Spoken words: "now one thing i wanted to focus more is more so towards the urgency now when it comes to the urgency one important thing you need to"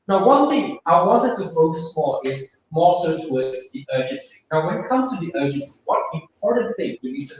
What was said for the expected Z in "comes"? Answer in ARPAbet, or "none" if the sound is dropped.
none